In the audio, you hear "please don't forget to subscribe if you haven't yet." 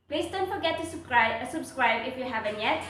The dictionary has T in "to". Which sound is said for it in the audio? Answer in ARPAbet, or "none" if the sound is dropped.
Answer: S